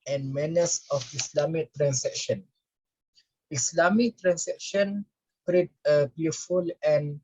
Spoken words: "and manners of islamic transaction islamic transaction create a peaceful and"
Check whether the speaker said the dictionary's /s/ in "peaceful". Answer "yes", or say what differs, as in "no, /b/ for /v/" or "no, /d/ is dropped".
no, /s/ is dropped